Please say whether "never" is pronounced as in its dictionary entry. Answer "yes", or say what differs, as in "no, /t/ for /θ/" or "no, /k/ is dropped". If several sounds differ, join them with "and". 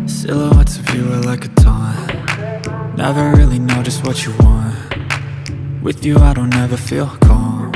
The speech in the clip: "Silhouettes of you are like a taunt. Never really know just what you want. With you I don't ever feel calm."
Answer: yes